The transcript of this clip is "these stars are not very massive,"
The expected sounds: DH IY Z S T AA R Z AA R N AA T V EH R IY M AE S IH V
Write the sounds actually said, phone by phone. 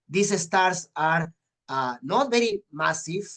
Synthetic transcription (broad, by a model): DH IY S S T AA R S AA R N AA T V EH R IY M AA S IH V